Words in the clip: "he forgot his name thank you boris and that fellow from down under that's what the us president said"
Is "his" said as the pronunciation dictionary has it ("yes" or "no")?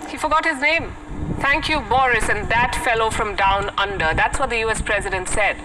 yes